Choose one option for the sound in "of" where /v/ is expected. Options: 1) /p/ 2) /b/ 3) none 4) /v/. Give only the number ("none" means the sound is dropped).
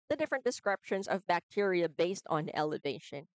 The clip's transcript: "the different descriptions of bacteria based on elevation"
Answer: 4